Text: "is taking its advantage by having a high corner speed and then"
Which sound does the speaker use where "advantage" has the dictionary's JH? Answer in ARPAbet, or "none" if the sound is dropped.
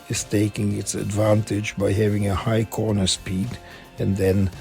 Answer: JH